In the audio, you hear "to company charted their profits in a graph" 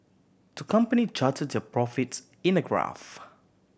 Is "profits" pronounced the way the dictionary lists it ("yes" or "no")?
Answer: no